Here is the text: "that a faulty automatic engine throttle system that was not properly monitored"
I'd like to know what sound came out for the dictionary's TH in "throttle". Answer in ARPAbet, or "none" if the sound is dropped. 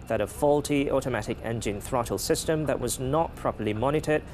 TH